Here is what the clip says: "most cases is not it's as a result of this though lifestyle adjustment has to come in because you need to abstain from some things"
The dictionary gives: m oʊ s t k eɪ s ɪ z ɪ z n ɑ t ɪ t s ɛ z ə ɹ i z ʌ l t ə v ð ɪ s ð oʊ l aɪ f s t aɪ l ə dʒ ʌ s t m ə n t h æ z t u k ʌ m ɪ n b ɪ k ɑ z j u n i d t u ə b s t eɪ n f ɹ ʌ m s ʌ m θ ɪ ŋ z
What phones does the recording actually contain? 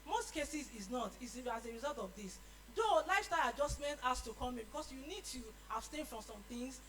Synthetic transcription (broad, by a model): m oʊ s t k eɪ s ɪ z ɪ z n ɑ t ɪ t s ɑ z ə ɹ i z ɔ l t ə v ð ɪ s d oʊ l aɪ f s t aɪ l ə dʒ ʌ s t m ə n t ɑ s t u k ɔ m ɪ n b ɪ k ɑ s j u n i d t u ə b s t eɪ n f ɹ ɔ m s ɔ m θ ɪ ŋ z